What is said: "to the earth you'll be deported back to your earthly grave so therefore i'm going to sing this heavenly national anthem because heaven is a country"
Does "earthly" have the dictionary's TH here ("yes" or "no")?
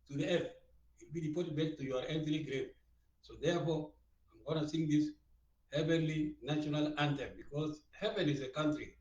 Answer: no